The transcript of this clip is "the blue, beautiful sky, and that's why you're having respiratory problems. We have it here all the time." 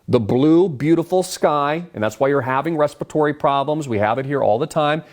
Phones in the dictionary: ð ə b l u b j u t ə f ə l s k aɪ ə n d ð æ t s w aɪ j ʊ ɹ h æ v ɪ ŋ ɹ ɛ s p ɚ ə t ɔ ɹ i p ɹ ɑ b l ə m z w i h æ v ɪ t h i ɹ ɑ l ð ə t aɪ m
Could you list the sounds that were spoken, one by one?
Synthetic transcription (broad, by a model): ð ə b l u b j u t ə f l s k aɪ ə n ð æ t s w aɪ j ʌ ɹ h æ v ɪ ŋ ɹ ɛ s p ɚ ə t ɔ ɹ i p ɹ ɑ b l ə m z w i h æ v ɪ t h i ɹ ɑ l ð ə t aɪ m